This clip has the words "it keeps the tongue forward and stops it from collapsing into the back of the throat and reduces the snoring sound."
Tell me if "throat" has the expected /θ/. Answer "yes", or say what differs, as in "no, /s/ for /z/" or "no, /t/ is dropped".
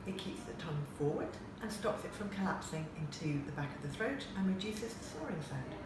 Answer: yes